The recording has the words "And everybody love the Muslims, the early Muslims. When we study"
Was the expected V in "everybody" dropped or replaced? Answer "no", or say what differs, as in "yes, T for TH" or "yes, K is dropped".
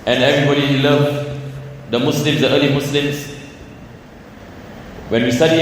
no